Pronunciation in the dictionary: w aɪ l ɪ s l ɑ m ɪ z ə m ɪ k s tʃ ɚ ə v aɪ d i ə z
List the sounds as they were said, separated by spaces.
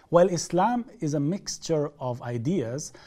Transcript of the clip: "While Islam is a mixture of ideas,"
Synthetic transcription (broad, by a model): w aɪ l ɪ s l ɑ m ɪ z ə m ɪ k s tʃ ɚ ə v aɪ d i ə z